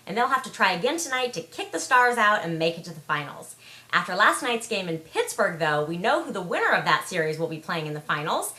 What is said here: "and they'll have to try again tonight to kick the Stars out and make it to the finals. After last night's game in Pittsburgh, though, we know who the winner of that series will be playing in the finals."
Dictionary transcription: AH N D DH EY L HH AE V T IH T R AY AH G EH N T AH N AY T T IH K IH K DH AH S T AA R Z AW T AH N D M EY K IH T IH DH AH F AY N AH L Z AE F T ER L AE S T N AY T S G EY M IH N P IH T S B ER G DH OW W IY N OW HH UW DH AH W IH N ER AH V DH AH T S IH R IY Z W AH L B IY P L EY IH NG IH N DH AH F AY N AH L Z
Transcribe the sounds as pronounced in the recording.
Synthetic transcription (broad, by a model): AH N DH EY L HH AE F T IH T R AY AH G EH N T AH N AY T T IH K IH K DH AH S T AA R Z AW T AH N M EY K IH T IH DH AH F AY N L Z AE F T ER L AE S T N AY T S G EY M IH N P IH T S B ER G DH OW W IY N OW HH UW DH AH W IH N ER AH V DH AH T S IH R IY Z W AH L B IY P L EY IH NG IH N DH AH F AY N L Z